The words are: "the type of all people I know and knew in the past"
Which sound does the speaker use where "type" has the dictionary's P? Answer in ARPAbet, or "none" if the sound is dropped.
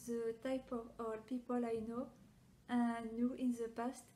P